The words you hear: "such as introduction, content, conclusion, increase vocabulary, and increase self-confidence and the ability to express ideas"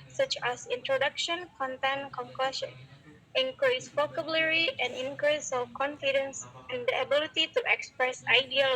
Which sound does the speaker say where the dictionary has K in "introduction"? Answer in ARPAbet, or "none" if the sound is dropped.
K